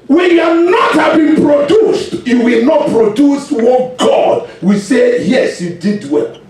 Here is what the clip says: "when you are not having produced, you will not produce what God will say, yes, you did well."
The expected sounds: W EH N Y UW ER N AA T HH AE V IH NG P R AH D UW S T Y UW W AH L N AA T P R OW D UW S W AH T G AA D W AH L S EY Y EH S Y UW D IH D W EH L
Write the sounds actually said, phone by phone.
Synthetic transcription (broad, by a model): W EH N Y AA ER N AA T HH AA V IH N P R AH D UW S T Y UW W AH L N AA T P R OW D UW S W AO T G AA D W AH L S EY Y EH S Y UW D IH D W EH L